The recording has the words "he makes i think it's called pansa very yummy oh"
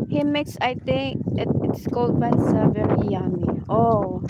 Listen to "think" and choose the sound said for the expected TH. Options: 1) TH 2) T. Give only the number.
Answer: 2